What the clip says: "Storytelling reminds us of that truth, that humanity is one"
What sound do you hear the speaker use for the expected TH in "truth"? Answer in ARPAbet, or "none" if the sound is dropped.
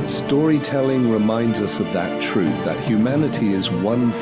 TH